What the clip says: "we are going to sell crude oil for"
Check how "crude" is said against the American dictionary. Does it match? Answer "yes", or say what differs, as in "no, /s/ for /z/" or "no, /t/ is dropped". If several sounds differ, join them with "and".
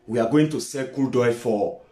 no, /ɹ/ is dropped